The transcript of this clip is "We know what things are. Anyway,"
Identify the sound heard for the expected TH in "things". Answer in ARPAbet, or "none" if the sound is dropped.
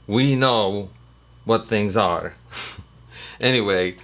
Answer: TH